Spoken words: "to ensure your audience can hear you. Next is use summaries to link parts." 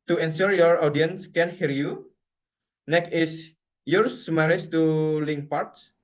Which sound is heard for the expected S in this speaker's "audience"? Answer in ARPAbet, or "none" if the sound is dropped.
S